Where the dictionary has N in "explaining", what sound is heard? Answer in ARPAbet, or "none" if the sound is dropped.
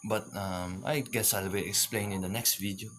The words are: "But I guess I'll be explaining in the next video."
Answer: none